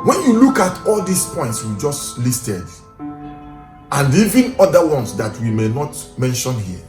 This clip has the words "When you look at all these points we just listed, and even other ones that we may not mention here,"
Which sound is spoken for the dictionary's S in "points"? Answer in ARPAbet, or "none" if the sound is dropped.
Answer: S